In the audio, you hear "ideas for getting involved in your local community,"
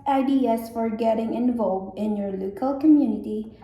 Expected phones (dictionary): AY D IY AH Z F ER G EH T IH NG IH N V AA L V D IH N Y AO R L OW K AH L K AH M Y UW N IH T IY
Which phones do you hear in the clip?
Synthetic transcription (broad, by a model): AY D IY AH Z F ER G EH T IH NG IH N V AA L V D IH N Y AO R L OW K AH L K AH M Y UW N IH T IY